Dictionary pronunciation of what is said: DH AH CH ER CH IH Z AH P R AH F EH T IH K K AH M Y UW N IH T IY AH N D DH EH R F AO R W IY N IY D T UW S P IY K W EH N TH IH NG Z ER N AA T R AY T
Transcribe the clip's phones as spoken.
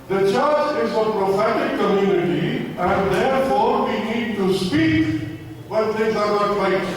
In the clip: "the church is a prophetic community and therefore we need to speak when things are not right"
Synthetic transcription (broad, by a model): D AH CH ER CH IH Z AH P R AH F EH T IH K K AH M Y UW N IH T IY AH N D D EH R F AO R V IY N IY D T UW S P IY K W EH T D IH Z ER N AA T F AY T